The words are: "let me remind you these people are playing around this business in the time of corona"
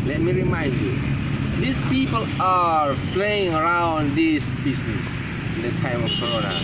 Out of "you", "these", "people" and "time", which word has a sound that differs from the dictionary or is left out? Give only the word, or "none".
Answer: these